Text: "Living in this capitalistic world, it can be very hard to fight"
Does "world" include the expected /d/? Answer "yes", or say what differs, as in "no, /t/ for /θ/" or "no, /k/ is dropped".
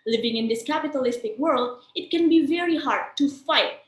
yes